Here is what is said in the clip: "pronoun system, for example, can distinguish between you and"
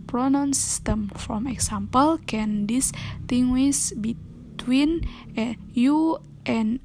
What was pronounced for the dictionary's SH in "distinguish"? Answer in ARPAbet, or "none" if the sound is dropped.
S